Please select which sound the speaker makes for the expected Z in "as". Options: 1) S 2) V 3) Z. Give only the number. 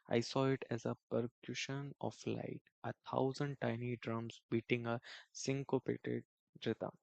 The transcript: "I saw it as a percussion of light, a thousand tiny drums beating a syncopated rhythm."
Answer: 3